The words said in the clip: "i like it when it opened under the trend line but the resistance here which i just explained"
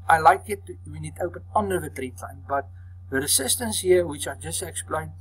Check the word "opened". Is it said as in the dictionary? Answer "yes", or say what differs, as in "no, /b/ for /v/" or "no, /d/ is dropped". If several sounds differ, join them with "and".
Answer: no, /d/ is dropped